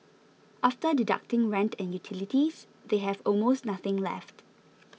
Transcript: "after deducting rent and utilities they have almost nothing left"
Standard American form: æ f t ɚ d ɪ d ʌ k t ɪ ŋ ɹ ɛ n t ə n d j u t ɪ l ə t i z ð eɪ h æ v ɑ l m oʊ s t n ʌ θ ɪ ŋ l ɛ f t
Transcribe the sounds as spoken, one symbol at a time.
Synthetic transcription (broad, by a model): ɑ f t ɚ d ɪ d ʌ k t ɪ ŋ ɹ ɛ n t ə n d j u t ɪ l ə t i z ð eɪ h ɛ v ɑ l m oʊ s t n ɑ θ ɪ ŋ l ɛ f t